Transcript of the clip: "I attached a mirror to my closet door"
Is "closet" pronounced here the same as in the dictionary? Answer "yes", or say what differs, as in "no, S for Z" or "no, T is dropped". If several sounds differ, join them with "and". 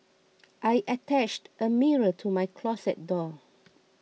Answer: no, S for Z